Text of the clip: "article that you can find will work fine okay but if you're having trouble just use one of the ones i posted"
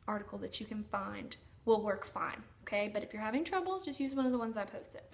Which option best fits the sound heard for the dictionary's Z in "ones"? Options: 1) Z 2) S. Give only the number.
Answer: 1